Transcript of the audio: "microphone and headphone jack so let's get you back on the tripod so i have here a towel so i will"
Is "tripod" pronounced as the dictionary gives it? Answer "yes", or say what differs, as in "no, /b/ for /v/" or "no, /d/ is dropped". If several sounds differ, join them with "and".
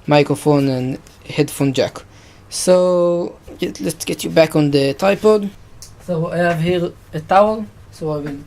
no, /ɹ/ is dropped